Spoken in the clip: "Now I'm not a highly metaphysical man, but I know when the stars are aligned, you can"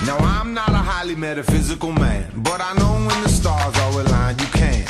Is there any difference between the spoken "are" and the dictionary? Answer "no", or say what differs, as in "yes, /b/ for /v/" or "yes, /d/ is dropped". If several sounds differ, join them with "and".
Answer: yes, /w/ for /ɹ/